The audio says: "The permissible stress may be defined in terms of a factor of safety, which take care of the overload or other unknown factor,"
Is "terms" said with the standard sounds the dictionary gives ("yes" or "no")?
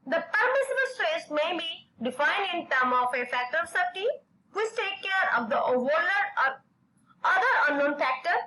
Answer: no